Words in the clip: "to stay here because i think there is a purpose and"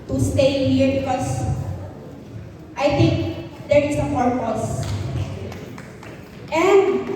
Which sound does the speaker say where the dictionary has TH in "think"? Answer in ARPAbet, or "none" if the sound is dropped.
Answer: T